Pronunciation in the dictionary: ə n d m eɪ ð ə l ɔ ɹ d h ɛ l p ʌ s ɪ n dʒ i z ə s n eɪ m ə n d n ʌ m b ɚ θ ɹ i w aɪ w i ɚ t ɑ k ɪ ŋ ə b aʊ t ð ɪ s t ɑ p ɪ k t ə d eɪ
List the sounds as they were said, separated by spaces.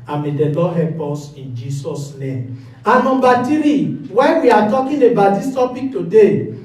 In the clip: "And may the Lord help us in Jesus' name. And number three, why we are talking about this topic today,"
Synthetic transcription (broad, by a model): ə m eɪ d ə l ɔ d h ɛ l p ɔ s ɪ n dʒ i s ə s n eɪ m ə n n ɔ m b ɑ t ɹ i w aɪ w i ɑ t ɑ k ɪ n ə b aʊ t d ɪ s t ɑ p ɪ k t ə d eɪ